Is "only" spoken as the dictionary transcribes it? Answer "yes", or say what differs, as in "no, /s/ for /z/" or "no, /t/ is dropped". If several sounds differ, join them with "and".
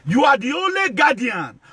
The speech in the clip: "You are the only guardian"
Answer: yes